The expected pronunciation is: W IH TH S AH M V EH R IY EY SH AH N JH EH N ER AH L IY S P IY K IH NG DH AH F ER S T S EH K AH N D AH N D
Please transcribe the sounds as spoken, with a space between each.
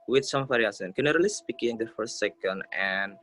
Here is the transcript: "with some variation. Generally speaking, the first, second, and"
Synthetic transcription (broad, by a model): W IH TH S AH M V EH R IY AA S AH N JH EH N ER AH L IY S P IY K IH NG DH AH F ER S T S EH K AH N D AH N